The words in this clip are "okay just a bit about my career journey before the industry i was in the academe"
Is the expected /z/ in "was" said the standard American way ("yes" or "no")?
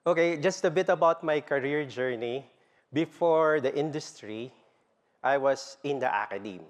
no